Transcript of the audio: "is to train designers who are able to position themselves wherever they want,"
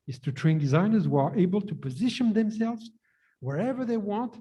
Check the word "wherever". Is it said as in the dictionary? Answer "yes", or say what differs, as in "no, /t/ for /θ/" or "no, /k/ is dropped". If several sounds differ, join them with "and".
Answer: yes